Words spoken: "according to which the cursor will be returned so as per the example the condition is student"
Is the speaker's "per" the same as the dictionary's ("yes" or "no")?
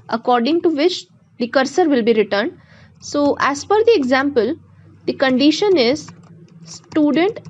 no